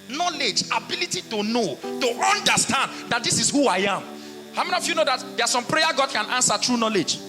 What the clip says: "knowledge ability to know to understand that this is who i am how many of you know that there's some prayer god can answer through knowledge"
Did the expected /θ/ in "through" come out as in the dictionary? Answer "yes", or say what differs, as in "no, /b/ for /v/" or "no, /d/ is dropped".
no, /t/ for /θ/